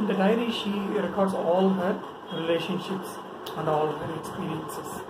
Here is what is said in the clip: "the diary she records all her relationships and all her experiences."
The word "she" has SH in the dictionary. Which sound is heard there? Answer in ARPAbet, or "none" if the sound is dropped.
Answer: SH